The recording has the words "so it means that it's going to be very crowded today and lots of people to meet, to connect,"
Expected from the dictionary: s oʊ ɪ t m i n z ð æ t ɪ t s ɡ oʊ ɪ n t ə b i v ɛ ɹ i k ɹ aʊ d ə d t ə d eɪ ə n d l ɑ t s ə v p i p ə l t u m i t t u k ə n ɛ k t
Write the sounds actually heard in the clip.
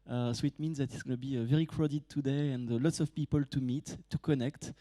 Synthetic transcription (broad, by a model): s oʊ ɪ t m i n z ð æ t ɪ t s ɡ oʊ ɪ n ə b i v ɛ ɹ i k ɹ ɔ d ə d t ə d eɪ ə n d l ɑ t s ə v p i p ə l t u m i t t u k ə n ɛ k t